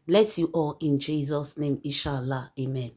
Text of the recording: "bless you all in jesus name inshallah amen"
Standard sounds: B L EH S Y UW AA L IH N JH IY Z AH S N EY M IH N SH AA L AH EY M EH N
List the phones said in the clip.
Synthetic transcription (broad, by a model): B L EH S Y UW AA L IH N JH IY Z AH S N EY M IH SH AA L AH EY M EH N